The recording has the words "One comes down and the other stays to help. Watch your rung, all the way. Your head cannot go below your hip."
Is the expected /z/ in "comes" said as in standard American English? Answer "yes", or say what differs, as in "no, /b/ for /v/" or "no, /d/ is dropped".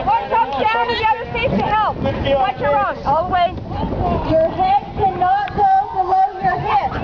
no, /z/ is dropped